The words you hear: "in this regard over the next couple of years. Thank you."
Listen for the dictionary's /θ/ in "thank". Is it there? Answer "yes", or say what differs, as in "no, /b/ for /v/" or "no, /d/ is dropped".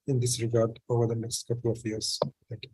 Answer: no, /t/ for /θ/